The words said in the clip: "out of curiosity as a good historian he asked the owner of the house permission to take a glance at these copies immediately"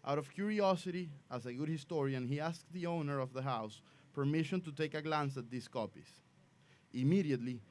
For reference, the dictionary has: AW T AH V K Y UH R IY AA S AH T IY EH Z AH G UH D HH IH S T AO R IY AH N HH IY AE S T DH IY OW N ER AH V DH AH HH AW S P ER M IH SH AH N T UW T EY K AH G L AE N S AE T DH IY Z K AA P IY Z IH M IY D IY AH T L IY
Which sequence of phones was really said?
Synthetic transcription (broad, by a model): AW T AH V K Y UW R IY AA S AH T IY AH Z AH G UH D HH IH S T AO R IY AH N HH IY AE S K DH IY OW N ER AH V DH AH HH AW S P ER M IH SH AH N T UW T EY K AH G L AE N S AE T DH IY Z K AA P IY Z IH M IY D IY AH T L IY